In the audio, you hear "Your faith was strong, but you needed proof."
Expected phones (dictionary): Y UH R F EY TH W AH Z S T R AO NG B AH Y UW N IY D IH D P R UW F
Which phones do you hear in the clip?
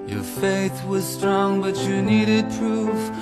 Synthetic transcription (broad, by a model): Y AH R F EY TH W AH Z S T R AO NG B AH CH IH N IY D IH D P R UW F